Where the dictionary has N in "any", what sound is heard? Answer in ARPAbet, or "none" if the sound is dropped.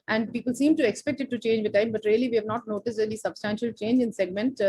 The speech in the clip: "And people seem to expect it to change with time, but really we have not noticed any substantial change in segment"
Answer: L